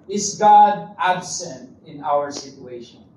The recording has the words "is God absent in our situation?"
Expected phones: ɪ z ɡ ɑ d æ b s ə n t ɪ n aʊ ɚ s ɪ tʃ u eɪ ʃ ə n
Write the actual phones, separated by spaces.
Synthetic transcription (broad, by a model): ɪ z ɡ ɑ d æ b s ə n t ɪ n aʊ ɚ s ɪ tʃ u eɪ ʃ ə n